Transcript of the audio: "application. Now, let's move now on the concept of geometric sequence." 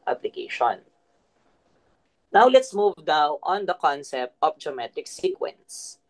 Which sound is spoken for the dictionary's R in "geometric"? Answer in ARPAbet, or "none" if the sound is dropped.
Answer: none